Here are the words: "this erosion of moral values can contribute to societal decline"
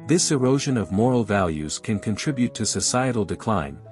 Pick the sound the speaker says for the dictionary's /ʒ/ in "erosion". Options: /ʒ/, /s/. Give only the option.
/ʒ/